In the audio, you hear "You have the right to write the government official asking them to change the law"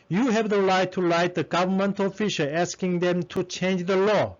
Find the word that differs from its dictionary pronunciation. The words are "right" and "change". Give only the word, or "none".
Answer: right